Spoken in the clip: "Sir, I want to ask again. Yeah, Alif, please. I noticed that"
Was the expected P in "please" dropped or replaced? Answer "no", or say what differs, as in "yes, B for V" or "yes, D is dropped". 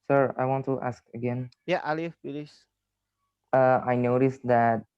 yes, B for P